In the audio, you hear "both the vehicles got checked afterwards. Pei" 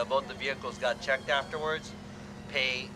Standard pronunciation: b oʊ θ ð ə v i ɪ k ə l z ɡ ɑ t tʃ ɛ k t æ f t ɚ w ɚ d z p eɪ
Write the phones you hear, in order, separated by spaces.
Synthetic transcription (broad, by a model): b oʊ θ ð ə v i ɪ k l z ɡ ɑ t tʃ ɛ k t æ f t ɚ w ɚ d z p eɪ